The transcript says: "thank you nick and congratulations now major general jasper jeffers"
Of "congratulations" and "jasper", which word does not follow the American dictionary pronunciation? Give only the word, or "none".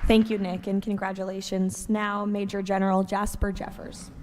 none